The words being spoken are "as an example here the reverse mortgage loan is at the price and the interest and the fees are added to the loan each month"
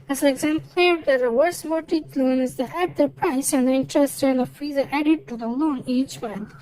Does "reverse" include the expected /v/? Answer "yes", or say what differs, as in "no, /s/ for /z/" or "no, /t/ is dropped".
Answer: no, /w/ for /v/